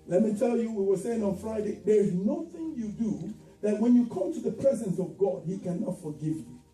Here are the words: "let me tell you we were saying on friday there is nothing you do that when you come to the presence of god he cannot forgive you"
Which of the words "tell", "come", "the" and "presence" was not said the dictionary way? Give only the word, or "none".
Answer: none